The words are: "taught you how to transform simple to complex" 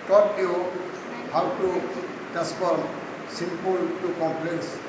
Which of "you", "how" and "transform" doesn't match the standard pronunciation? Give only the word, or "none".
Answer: transform